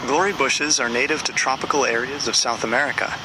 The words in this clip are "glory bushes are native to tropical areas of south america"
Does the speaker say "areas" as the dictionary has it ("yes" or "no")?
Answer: yes